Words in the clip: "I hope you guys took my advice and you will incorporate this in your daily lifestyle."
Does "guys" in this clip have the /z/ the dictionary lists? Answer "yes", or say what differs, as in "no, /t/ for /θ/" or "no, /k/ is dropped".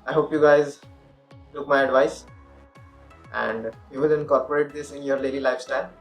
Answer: yes